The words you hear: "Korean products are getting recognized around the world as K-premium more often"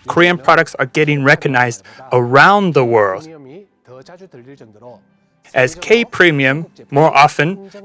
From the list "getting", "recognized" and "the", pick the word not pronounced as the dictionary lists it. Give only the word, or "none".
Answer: none